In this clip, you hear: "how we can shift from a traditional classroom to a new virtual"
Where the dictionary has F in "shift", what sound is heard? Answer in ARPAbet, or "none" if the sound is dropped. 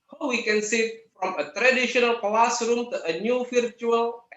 none